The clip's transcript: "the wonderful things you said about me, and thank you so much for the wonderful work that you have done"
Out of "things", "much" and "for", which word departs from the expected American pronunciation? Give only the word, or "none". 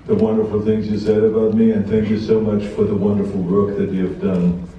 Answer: none